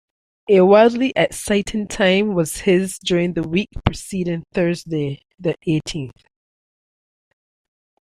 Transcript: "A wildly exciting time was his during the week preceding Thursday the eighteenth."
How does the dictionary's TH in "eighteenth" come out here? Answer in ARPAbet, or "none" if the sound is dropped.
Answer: TH